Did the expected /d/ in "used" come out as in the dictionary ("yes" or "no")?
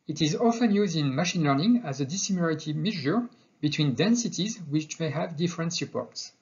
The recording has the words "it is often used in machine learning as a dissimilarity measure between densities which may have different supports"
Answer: yes